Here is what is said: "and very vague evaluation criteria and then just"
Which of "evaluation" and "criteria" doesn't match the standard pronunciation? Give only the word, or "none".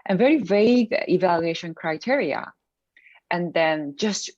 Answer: none